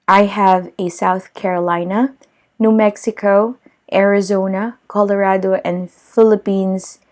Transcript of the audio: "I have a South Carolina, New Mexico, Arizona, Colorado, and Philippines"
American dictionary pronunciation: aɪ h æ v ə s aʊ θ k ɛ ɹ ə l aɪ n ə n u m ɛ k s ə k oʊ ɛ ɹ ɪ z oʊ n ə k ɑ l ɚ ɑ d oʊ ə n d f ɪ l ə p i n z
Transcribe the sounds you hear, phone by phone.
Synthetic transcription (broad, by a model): aɪ h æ v ə s aʊ θ k ɛ ɹ ə l aɪ n ə n u m ɛ k s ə k oʊ ɛ ɹ ɪ z oʊ n ə k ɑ l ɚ ɑ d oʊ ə n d f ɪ l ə p i n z